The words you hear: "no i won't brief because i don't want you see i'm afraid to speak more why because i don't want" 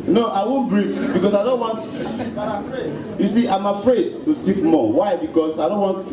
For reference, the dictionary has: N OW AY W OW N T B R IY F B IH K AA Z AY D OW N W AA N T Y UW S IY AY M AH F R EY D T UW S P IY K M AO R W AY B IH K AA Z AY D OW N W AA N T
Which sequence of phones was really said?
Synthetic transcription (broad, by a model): N OW AY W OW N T B R IY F B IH K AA S AY D OW N W AA N T Y UW S IY AY M AH F R EY D T UW S IY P M AO W AY B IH K AA S AY D OW N W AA N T